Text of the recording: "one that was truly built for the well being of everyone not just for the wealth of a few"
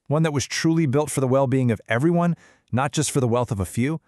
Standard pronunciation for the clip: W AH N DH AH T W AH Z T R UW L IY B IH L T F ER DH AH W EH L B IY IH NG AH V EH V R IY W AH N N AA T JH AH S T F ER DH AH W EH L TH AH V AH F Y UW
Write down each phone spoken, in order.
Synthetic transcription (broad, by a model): W AH N DH AH T W AH Z T R UW L IY B IH L T F ER DH AH W EH L B IY IH NG AH V EH V R IY W AH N N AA T JH AH S T F ER DH AH W EH L TH AH V AH F Y UW